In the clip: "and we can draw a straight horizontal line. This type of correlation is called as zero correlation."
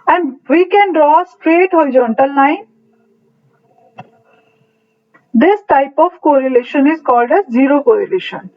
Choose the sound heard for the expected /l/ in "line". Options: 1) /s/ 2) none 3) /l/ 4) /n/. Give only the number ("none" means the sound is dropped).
4